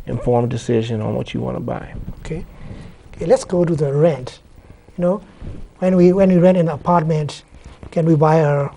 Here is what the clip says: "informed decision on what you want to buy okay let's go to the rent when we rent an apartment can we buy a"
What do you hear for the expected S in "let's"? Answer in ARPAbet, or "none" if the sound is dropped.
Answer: S